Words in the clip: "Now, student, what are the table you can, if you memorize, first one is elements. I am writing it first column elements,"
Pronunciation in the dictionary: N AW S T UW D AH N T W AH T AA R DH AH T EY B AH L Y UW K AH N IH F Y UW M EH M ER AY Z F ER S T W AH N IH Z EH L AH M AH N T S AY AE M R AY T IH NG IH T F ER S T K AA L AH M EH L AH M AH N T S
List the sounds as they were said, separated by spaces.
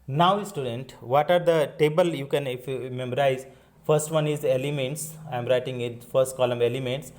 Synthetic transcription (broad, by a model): N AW S T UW D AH N T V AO T AA R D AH T EY B AH L Y UW K AH N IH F Y UW M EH M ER AY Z F ER S T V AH N IH Z EH L AH M AH N T S AY M R AY T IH NG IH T F ER S T K AA L AH M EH L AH M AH N T S